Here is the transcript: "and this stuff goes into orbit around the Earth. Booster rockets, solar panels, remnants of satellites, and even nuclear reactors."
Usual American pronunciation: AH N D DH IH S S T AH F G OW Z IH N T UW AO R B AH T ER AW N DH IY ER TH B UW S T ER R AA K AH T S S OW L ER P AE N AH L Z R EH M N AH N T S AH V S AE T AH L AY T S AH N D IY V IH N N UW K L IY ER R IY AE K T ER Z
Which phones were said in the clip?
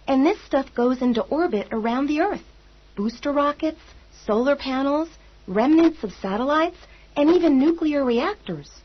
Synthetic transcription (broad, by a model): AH N DH IH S S T AH F G OW Z IH N T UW AO R B AH T ER AW N DH IY ER TH B UW S T ER R AA K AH T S S OW L ER P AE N L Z R EH M N AH N T S AH V S AE T AH L AY T S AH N IY V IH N N UW K L IY ER R IY AE K T ER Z